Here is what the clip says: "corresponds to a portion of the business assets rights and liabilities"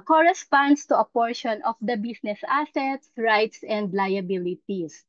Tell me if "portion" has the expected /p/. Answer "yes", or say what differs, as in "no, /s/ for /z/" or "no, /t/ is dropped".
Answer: yes